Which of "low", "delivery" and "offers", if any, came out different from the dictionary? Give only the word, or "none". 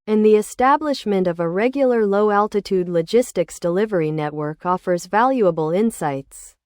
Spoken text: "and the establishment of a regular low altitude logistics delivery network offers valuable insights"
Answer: none